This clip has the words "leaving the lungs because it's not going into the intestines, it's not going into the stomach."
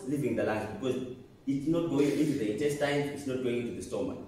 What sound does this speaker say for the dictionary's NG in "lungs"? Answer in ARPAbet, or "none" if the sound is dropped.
none